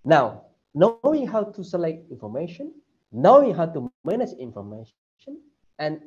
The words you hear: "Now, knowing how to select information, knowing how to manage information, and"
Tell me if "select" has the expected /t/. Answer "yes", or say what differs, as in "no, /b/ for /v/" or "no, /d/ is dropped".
yes